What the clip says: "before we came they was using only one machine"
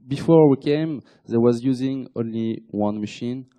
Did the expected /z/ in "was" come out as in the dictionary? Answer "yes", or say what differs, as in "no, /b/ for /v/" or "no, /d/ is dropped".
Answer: yes